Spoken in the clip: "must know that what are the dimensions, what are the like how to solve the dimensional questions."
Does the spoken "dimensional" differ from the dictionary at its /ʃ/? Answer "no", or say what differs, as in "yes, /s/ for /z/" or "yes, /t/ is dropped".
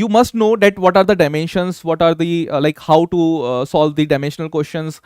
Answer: no